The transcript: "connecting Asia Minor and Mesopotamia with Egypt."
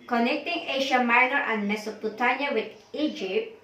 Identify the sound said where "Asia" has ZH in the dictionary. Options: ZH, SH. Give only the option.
SH